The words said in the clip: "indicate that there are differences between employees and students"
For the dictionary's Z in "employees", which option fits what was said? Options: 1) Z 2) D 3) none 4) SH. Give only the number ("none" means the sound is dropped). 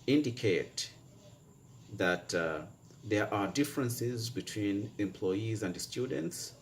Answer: 1